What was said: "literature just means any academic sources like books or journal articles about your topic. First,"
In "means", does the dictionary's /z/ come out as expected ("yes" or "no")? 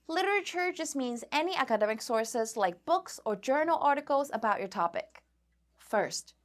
yes